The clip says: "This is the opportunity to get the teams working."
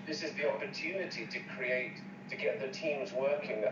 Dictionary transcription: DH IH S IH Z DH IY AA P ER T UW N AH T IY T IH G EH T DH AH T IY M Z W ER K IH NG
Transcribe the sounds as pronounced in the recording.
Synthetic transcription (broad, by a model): DH IH S IH Z DH IY AA P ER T UW N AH T IY T IH G EH T DH AH T IY M Z W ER K IH NG